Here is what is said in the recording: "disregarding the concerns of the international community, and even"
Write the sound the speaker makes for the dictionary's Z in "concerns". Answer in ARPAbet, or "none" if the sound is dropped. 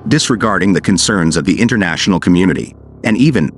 Z